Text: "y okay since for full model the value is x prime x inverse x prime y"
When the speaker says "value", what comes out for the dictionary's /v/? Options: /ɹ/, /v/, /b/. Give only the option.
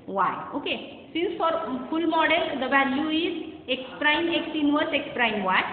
/b/